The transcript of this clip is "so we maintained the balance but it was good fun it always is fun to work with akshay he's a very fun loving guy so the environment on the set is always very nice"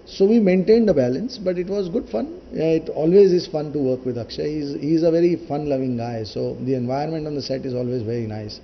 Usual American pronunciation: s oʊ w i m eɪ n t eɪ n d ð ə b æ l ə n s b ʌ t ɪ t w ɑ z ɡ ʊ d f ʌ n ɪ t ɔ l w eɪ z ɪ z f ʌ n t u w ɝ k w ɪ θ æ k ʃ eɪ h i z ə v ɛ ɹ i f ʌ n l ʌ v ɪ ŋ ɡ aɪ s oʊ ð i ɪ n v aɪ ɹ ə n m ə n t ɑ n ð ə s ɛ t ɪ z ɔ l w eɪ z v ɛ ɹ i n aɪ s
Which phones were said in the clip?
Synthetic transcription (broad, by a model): s oʊ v i m eɪ n t eɪ n d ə b æ l ə n s b ʌ t ɪ t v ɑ z ɡ ʊ d f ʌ n ɪ t ɔ l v eɪ z ɪ z f ʌ n t u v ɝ k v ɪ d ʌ k ʃ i h i z ə v ɛ ɹ i f ʌ n l ʌ v ɪ ŋ ɡ aɪ s oʊ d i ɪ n v aɪ ə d m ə n t ɑ n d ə s ɛ t ɪ z ɔ l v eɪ z v ɛ ɹ i n aɪ s